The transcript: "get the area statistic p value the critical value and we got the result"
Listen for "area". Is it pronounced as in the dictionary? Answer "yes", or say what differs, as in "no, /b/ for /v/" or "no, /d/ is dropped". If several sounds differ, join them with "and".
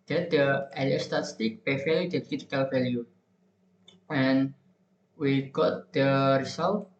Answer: no, /l/ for /ɹ/